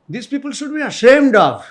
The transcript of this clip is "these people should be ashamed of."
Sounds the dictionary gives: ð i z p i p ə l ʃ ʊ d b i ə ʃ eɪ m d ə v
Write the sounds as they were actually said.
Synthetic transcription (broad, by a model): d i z p i p ə l ʃ ʊ d b i ə ʃ eɪ m d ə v